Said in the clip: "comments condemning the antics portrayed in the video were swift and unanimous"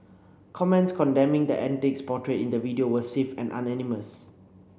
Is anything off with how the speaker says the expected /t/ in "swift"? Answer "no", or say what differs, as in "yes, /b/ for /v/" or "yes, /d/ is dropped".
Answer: yes, /t/ is dropped